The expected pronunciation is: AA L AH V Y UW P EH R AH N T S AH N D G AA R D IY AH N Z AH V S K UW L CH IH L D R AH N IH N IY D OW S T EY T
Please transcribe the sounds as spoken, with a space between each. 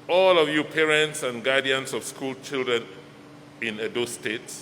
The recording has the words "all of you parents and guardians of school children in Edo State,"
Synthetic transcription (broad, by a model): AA L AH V Y UW P EH R AH N T S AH N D G AA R D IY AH N S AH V S K UW L CH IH L D R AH N IH N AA D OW S T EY T